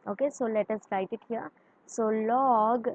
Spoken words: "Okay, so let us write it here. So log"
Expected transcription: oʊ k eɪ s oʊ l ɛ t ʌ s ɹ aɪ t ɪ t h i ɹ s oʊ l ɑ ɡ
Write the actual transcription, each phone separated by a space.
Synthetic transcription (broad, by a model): oʊ k eɪ s oʊ l ɛ t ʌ s l aɪ t ɪ t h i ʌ s oʊ l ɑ ɡ